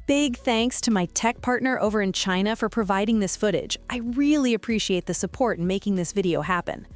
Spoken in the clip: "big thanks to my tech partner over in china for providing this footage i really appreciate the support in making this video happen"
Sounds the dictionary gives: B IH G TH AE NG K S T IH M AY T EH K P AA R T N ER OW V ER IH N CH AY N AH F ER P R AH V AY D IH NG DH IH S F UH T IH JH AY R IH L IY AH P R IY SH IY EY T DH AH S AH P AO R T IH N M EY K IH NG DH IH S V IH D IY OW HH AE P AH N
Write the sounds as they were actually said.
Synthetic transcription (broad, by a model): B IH G TH AE NG K S T IH M AY T EH K P AA R T N ER OW V ER IH N CH AY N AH F ER P R AH V AY D IH NG DH IH S F UH T IH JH AY R IH L IY AH P R IY SH IY EY T DH AH S AH P AO R T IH N M EY K IH NG DH IH S V IH D IY OW HH AE P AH N